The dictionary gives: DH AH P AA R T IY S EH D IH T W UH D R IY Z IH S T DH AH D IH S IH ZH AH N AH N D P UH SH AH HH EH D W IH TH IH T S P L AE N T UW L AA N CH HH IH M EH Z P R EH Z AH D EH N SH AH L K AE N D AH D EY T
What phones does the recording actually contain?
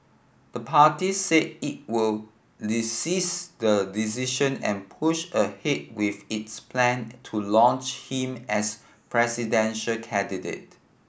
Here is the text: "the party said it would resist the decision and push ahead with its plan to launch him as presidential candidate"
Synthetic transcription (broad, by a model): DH AH P AA T IY S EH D IH T W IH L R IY S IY S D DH AH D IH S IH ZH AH N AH N P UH SH AH HH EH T W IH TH IH T S P L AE N T UW L AA N CH HH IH M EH S P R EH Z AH D EH N SH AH L K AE N D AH D EY T